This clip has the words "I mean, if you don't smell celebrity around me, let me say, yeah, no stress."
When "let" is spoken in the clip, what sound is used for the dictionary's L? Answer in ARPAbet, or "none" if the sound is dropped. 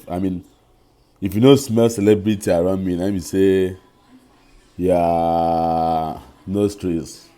N